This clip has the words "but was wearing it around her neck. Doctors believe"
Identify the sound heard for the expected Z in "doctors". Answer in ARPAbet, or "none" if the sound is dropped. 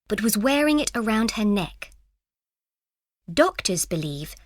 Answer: Z